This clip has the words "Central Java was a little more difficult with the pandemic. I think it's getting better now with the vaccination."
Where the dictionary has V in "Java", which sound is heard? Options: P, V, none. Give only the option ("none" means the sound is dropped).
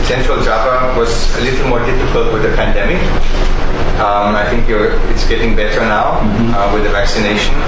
P